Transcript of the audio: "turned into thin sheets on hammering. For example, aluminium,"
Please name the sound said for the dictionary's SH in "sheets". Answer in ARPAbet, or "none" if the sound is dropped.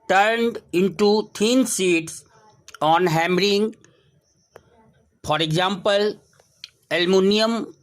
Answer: S